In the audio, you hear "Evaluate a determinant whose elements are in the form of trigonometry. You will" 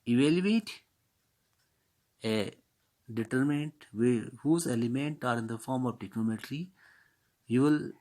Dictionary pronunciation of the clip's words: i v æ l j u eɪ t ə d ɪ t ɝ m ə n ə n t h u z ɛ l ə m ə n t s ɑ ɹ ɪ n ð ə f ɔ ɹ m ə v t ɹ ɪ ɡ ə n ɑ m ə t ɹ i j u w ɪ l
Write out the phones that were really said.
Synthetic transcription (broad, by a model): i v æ l j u eɪ t ə d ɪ t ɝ m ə n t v h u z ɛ l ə m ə n t ɑ ɹ ɪ n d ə f ɔ ɹ m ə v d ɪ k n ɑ m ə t ɹ i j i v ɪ l